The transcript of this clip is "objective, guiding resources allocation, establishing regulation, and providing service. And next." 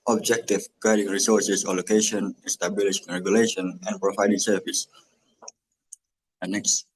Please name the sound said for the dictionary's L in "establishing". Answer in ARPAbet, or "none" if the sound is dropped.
none